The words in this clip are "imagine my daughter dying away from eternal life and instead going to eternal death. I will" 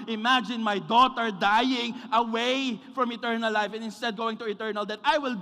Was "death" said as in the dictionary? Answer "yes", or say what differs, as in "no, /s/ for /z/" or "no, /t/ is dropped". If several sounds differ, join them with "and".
no, /t/ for /θ/